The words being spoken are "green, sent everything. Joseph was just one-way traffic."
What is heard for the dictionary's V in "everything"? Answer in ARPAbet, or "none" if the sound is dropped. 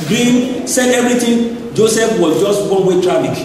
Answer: B